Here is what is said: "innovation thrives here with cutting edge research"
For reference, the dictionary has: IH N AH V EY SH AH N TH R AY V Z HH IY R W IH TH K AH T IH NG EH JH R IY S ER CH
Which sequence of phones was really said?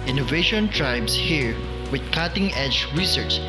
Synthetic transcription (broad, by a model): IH N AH V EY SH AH N T R AY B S HH IY R W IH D K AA T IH NG EH JH R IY S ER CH